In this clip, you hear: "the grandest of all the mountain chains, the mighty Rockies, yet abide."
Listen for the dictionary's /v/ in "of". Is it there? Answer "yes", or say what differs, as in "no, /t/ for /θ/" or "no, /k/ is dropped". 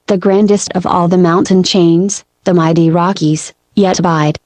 yes